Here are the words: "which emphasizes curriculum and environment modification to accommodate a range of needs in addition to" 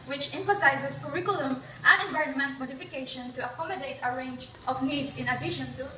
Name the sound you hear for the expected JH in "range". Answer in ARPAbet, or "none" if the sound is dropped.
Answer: JH